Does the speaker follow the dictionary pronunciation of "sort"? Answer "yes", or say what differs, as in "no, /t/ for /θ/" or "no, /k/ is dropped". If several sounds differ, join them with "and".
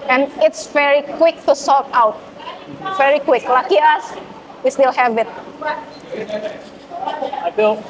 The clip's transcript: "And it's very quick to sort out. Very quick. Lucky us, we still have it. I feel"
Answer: no, /l/ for /ɹ/